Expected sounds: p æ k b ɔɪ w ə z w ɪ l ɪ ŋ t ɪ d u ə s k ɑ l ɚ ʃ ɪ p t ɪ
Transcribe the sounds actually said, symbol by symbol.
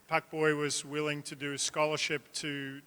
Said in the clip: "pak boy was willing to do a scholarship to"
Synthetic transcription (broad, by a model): p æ k b ɔɪ w ə z w ɪ l ɪ ŋ t ɪ d ə s k ɑ l ɚ ʃ ɪ p t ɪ